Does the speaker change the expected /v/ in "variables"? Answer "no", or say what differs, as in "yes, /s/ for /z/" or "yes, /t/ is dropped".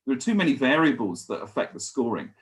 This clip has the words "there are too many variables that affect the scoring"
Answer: no